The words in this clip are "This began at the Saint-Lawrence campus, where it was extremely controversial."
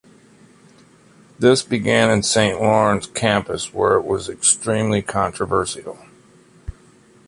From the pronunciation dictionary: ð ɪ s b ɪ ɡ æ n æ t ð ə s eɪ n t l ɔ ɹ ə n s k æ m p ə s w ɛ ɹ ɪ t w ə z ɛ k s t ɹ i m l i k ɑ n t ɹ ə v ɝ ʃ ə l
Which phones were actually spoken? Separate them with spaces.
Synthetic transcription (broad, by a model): ð ɪ s b ɪ ɡ æ n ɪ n s eɪ n t l ɔ ɹ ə n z k æ m p ə s w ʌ ɹ ɪ t w ə z ɛ k s t ɹ i m l i k ɑ n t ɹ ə v ɝ s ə l